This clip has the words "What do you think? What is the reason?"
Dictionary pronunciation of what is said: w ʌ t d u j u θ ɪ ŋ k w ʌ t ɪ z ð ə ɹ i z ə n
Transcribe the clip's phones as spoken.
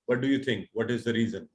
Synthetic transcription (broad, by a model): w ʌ t d u j u t ɪ ŋ k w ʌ t ɪ z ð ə ɹ i z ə n